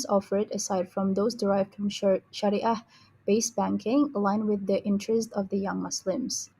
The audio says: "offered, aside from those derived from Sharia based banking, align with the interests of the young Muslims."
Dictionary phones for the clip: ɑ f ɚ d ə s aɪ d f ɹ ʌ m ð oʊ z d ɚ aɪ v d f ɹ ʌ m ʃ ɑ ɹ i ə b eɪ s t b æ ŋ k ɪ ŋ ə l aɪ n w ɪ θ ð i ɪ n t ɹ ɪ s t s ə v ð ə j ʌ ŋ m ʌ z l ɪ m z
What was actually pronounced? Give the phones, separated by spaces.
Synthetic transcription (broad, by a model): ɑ f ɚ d ə s aɪ d f ɹ ʌ m ð oʊ z d ɚ aɪ v d f ɹ ʌ m ʃ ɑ ɹ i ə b eɪ s b æ ŋ k ɪ ŋ ə l aɪ n w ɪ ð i ɪ n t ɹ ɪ s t ə v ð ə j ʌ ŋ m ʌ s l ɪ m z